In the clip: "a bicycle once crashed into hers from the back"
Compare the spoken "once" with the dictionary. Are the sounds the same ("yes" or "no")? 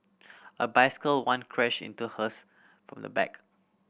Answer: no